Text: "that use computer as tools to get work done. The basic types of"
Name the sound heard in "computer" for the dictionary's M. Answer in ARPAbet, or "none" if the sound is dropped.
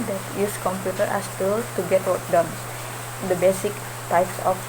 M